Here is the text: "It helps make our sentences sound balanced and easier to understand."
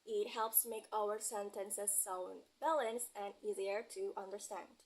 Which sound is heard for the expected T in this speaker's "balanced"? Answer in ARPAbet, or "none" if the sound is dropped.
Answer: none